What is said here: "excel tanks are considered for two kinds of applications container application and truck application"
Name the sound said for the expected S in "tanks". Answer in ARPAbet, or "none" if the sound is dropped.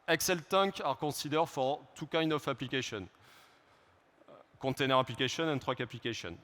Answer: none